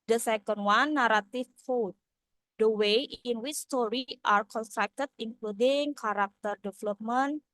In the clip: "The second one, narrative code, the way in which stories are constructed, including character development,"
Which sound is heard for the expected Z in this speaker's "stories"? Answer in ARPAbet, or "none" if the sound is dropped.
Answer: none